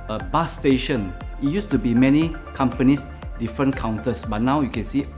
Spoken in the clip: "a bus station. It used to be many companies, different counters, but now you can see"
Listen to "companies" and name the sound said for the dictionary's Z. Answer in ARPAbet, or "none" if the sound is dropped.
S